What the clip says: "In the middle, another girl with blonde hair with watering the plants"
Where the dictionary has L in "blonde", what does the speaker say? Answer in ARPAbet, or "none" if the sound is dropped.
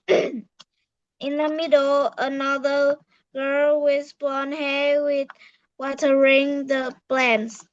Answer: none